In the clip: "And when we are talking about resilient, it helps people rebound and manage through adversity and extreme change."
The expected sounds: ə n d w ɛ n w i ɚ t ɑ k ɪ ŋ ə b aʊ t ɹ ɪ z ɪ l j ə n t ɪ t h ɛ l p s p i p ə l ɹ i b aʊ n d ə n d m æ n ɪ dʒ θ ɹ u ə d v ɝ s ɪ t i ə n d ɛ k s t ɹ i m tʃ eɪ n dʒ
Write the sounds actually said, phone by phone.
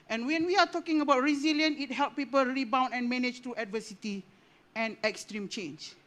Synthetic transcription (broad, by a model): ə n w ɛ n w i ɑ t ɑ k ɪ ŋ ə b aʊ t ɹ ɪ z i l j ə n ɪ t h ɛ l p p i p ə l ɹ i b aʊ n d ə n m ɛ n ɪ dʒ t ɹ u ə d v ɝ s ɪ t i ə n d ɛ k s t ɹ i m tʃ eɪ n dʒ